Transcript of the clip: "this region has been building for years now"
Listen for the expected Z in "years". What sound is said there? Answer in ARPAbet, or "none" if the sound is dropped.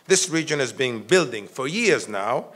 Z